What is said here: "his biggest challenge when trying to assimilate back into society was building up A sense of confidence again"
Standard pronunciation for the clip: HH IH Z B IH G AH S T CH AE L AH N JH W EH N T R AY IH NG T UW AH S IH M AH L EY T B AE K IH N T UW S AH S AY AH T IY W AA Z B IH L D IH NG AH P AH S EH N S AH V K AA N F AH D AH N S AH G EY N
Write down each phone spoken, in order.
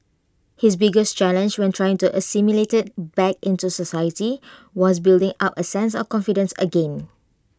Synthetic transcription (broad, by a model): HH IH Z B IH G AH S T CH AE L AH N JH W EH N T R AY IH NG T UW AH S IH M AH L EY T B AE K IH N T UW S AH S AY AH T IY W AA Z B IH L D IH NG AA P AH S EH N S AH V K AA N F AH D AH N S AH G EY N